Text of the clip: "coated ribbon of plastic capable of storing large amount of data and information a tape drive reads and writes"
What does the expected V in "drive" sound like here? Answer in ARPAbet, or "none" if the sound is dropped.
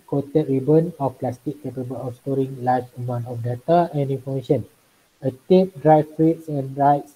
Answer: F